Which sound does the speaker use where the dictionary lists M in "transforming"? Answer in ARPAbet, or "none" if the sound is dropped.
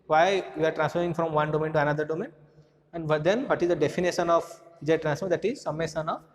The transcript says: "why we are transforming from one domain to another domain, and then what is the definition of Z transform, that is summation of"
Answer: none